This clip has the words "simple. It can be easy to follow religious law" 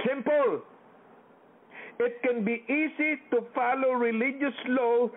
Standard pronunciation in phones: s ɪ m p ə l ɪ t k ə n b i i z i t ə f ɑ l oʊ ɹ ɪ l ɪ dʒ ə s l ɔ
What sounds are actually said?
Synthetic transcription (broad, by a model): s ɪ m p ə l ɪ t k ə n b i i s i t ə f ɑ l oʊ ɹ ɪ l ɪ dʒ ə s l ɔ